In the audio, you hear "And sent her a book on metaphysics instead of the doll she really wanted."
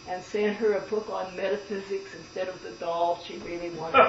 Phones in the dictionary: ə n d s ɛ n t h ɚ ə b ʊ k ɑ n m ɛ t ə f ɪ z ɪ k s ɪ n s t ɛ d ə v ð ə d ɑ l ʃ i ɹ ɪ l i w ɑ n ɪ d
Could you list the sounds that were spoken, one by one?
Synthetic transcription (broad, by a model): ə n s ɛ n h ɚ ə b ʊ k n m ɛ t ə f ɪ z ɪ k s ɪ n s t ɛ d ə v ð ə d ɑ l ʃ i ɹ ɪ l i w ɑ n